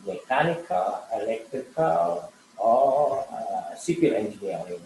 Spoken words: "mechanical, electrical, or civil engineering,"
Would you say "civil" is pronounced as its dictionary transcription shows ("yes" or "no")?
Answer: no